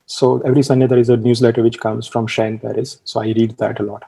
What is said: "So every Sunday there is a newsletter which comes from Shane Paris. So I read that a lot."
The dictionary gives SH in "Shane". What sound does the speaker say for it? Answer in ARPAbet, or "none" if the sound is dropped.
SH